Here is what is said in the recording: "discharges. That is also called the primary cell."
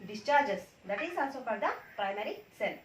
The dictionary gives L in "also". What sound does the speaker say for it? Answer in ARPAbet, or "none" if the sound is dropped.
N